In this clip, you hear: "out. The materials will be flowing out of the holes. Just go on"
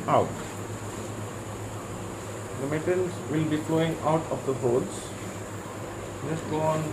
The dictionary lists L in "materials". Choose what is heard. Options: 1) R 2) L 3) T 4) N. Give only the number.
4